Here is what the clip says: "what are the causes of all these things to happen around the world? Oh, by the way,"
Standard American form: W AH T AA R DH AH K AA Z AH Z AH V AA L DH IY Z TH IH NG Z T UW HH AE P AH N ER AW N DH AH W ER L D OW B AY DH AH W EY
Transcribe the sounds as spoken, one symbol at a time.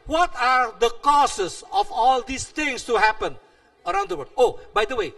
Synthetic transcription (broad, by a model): W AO T AA R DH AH K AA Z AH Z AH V AA L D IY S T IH NG S T UW HH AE P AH N ER AW N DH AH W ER D OW B AY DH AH W EY